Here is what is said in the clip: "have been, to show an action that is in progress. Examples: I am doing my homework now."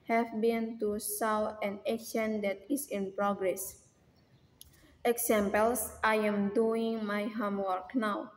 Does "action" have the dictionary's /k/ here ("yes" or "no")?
no